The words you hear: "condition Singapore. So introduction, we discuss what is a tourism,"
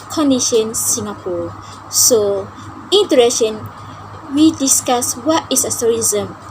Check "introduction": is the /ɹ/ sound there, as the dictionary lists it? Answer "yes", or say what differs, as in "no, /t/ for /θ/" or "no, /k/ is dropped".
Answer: no, /ɹ/ is dropped